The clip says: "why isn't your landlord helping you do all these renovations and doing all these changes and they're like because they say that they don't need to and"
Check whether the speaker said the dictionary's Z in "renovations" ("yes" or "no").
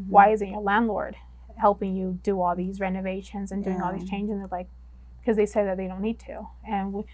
yes